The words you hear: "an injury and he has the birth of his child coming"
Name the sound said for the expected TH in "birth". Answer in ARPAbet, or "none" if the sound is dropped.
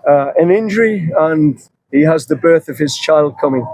TH